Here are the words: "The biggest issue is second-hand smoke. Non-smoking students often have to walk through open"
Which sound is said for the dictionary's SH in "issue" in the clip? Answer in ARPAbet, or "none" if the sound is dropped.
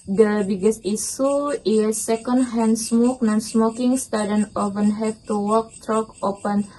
S